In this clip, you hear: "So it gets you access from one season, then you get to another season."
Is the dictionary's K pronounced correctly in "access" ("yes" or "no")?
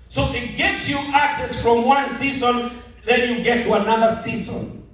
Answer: yes